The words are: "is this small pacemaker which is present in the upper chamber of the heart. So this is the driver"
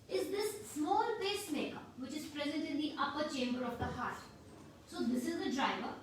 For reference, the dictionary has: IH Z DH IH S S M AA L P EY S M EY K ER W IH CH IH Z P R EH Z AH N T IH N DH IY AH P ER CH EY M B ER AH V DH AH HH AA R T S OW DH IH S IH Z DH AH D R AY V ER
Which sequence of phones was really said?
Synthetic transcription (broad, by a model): IH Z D IH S S M AA L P EY S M EY K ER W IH CH IH Z P R EH Z AH N T IH N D IY AH P ER CH EY M B ER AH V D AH HH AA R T S OW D IH S IH Z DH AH D R AY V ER